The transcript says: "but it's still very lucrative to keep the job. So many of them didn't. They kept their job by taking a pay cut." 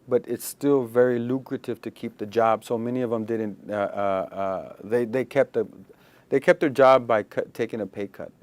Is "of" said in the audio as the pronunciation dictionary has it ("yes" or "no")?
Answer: yes